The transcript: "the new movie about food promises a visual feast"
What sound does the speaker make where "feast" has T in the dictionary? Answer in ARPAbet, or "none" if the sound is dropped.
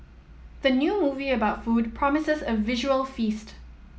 T